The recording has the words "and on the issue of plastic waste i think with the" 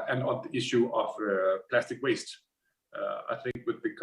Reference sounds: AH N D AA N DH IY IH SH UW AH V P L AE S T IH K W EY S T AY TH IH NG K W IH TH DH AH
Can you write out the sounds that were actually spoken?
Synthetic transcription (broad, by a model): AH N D AA N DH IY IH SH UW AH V P L AE S T IH K W EY S T AY TH IH NG K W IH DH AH